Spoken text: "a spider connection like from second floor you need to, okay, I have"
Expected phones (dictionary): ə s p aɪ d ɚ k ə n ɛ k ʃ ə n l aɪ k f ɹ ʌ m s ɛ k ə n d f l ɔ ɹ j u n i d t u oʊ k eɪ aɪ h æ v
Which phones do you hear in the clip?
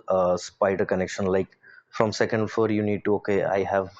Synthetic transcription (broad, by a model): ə s p aɪ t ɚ k ə n ɛ k ʃ ə n l aɪ k f ɹ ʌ m s ɛ k ə n d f ɔ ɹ j u n i d t u oʊ k eɪ aɪ h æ v